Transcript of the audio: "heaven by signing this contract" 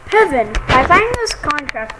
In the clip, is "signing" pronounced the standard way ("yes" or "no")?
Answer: no